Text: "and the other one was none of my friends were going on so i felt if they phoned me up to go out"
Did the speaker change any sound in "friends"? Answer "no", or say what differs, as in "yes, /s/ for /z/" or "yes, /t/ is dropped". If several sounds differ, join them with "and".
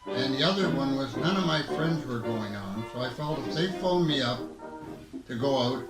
no